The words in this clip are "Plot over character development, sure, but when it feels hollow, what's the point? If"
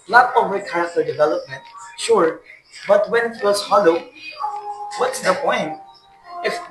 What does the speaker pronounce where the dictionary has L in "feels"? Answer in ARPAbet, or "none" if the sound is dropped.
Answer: W